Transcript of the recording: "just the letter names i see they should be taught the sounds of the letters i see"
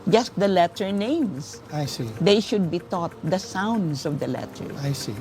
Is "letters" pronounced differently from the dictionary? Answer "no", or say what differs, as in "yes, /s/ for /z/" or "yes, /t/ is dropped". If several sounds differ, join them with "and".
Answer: yes, /z/ is dropped